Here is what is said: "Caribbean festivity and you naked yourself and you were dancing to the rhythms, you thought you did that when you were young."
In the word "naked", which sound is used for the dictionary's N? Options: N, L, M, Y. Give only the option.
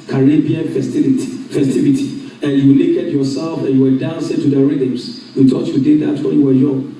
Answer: L